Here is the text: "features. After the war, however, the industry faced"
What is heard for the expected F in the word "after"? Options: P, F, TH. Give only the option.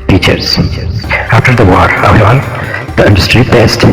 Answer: F